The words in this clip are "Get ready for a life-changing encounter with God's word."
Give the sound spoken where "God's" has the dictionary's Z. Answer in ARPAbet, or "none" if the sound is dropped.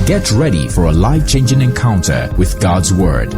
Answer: Z